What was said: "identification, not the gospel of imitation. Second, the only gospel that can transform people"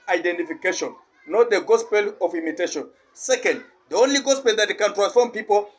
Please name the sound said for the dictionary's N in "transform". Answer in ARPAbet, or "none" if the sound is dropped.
N